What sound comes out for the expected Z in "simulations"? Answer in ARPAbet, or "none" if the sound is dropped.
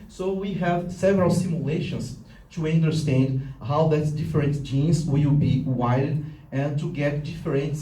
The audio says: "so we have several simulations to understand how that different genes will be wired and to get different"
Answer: S